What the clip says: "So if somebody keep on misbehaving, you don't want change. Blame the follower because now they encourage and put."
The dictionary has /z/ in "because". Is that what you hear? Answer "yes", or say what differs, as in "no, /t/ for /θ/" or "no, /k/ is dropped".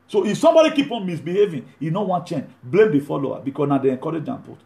no, /s/ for /z/